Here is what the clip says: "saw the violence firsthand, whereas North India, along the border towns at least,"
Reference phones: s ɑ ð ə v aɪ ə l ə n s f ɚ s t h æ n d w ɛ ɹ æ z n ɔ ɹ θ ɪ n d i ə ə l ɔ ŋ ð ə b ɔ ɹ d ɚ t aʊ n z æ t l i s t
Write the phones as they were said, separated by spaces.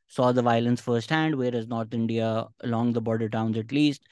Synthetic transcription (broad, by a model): s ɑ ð ə v aɪ ə l ə n s f ɚ s t h æ n d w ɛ ɹ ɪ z n ɔ ɹ t ɪ n d i ə ə l ɔ ŋ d ə b ɔ ɹ d ɚ t aʊ n z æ t l i s t